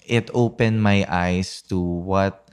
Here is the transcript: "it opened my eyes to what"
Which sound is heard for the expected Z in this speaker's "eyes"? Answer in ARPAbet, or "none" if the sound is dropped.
S